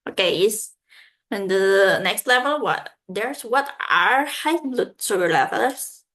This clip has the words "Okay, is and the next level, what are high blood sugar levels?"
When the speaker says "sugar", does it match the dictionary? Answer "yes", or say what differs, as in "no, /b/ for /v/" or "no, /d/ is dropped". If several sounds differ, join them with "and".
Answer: no, /s/ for /ʃ/